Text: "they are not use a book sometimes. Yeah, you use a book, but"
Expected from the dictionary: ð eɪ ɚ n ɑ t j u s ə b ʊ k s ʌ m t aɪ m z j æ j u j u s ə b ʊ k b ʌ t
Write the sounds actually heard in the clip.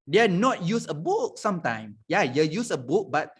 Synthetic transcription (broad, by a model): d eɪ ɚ n ɑ t j u s ə b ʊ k s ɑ m t aɪ m j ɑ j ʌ j u s ə b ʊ k b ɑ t